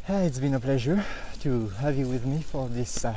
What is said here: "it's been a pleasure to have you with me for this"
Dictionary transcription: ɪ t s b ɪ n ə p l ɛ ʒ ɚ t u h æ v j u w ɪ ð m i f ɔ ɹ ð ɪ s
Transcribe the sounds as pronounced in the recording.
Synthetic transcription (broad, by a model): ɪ t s b ɪ n ə p l ɛ ʒ ɚ t u h æ v j u w ɪ ð m i f ɔ ɹ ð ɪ s